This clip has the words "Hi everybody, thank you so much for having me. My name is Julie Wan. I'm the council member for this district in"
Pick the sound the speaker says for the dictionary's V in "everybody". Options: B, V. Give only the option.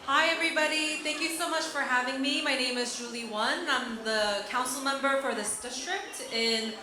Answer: V